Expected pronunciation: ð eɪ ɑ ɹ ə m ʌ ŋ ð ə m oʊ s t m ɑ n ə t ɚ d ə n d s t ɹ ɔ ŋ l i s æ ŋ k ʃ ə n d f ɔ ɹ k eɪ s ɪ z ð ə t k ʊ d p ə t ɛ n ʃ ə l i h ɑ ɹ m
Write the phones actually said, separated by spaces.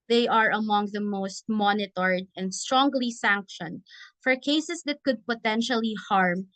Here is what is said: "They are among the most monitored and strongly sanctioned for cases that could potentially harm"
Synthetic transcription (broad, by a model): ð eɪ ɑ ɹ ə m ʌ ŋ ð ə m oʊ s t m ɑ n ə t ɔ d ə n d s t ɹ ɔ ŋ l i s æ ŋ k ʃ ə n d f ɔ ɹ k eɪ s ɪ s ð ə t k ʊ d p ə t ɛ n ʃ ə l i h ɑ ɹ m